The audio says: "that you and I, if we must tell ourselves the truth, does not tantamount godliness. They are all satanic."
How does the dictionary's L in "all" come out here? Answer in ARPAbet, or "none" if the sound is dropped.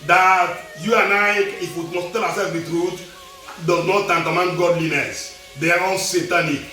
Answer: N